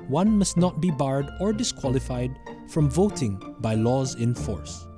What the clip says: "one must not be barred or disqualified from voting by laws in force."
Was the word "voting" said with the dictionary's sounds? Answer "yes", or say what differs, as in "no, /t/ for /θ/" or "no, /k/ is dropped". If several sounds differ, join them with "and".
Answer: yes